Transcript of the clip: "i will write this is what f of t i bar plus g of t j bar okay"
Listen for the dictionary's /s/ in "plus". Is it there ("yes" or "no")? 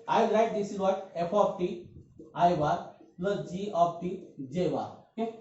no